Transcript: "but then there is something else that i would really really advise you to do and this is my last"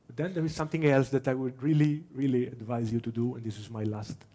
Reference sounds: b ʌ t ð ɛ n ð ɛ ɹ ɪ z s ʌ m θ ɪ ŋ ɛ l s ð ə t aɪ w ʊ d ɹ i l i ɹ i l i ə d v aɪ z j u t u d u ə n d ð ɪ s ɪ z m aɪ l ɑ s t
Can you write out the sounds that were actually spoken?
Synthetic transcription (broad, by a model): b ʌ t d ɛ n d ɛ ɹ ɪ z s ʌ m t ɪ ŋ ɛ l s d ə t aɪ w ʊ d ɹ i l i ɹ i l i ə d v aɪ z j u t u d u ə n d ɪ s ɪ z m aɪ l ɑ s t